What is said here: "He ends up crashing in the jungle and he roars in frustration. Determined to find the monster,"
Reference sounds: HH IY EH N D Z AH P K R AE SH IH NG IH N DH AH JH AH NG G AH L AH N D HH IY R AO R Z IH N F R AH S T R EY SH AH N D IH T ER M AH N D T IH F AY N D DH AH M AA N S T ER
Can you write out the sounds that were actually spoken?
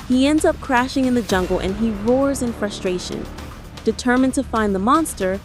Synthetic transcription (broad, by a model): HH IY EH N D Z AH P K R AE SH IH NG IH N DH AH JH AH NG G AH L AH N IY R AO R Z IH N F R AH S T R EY SH AH N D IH T ER M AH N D T IH F AY N DH AH M AA N S T ER